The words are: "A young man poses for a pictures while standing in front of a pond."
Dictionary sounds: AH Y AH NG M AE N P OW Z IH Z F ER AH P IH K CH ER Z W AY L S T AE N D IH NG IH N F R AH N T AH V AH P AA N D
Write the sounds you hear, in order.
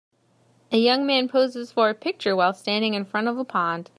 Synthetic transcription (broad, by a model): AH Y AH NG M AE N P OW Z IH Z F ER AH P IH K CH ER W AY L S T AE N D IH NG IH N F R AH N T AH V AH P AA N D